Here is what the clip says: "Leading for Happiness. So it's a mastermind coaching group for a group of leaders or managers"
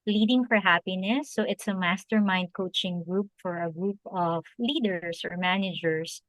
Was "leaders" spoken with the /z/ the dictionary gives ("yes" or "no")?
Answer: no